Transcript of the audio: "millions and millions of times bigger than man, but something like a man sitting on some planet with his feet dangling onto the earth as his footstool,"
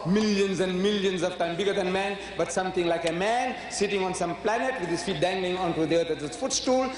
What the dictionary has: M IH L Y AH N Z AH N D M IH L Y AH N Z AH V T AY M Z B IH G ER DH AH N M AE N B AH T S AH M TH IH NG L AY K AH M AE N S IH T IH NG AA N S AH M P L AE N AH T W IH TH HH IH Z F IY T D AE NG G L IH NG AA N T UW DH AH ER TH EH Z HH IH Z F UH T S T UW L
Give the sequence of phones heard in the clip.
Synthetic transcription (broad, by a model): M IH L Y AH N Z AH N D M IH L Y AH N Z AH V T AY M B IH G ER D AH N M AE N B AH T S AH M T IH NG L AY K AH M AE N S IH T IH NG AA N S AH M P L AE N AH T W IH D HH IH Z F IY T D AE NG G L IH NG AA N T UW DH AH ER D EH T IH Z F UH T S T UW L